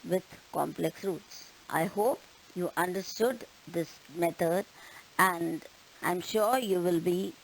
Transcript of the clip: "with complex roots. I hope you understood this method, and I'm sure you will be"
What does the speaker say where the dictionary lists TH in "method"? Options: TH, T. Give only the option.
T